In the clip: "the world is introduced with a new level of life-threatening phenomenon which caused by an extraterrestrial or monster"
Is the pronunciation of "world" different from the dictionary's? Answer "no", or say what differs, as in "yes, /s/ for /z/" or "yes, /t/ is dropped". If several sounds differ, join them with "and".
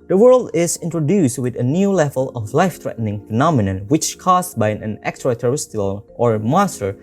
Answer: no